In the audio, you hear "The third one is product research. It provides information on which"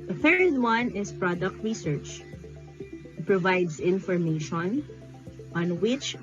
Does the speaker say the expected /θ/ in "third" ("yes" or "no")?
no